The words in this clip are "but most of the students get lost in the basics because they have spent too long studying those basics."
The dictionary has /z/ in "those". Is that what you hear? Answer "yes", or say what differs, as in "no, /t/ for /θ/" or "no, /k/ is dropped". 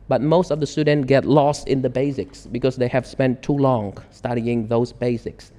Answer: yes